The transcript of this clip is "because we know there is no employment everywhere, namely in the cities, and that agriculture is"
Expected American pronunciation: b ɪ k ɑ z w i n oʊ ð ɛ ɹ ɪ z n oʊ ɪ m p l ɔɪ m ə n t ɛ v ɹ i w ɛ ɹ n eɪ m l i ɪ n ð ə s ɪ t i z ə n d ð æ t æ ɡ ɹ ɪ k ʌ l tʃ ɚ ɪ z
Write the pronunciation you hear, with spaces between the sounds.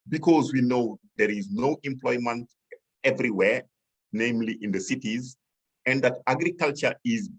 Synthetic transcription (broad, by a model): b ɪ k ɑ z w i n oʊ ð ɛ ɹ ɪ z n oʊ ɪ m p l ɔɪ m ə n t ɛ v ɹ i w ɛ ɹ n eɪ m l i ɪ n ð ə s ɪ t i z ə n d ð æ t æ ɡ ɹ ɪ k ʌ l tʃ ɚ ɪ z